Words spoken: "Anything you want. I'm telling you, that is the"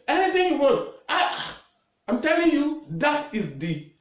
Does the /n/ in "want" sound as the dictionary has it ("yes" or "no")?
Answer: no